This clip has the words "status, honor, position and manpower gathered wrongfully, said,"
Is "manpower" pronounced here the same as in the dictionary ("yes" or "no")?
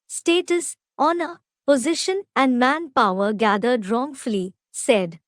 yes